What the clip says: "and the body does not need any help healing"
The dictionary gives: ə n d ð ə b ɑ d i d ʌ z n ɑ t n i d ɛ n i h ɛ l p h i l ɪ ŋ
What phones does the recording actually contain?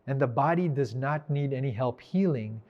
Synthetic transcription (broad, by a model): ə n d ð ə b ɑ d i d ʌ z n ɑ t n i d ɛ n i h ɛ l p h i l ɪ ŋ